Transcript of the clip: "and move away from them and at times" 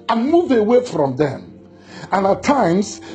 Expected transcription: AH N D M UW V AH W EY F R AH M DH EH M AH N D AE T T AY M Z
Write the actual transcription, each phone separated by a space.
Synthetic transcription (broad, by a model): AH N M UW V AH W EY F R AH M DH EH M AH N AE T T AY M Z